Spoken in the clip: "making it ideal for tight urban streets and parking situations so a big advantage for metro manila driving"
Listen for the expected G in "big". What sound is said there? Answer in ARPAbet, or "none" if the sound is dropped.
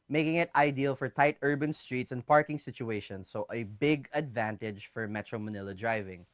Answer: G